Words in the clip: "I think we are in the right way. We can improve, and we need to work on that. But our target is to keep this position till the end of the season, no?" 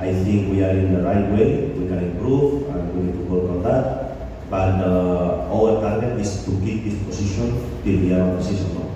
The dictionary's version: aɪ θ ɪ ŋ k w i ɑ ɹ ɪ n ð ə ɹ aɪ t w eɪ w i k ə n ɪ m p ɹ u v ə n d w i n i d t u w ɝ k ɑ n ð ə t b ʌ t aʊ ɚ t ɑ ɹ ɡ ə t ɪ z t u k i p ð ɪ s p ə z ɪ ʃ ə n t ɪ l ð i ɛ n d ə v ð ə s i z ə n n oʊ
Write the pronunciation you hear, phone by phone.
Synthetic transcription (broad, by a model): aɪ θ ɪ ŋ k w i ɑ ɹ ɪ n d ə ɹ aɪ t w eɪ w i k ə n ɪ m p ɹ u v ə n w i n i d t u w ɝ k ɑ n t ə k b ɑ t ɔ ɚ t ɑ ɹ ɡ ə t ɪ s t u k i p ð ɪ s p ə s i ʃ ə n t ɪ l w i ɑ d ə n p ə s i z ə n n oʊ